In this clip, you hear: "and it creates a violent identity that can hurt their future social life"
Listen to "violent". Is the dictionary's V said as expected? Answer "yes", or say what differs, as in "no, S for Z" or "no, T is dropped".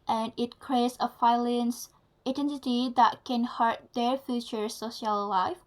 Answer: no, F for V